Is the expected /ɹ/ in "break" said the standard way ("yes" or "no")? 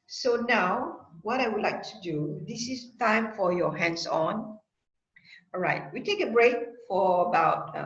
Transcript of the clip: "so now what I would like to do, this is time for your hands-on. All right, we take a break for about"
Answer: yes